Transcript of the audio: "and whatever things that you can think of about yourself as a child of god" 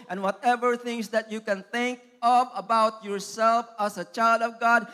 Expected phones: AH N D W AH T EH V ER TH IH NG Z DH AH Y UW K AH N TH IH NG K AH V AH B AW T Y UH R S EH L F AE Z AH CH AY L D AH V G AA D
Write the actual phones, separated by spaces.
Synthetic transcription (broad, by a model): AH N W AH T EH V ER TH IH NG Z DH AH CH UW K AH N TH IH NG K AH V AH B AW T Y UH R S EH L F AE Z AH CH AY L D AH V G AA D